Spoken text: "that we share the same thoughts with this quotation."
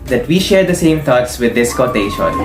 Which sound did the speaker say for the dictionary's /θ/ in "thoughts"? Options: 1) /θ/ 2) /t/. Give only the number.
2